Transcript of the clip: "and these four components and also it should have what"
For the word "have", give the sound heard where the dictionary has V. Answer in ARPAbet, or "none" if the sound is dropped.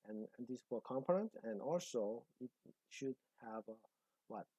V